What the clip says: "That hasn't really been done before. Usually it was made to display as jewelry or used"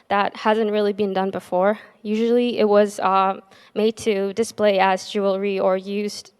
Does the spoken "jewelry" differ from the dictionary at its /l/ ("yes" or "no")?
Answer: no